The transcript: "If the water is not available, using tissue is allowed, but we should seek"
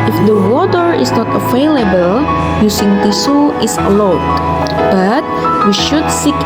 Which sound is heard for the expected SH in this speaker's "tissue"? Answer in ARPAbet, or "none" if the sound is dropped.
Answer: S